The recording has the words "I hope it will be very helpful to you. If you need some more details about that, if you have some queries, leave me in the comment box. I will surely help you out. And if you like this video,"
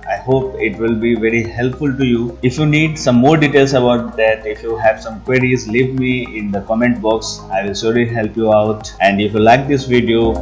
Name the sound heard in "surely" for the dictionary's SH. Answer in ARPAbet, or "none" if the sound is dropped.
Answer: S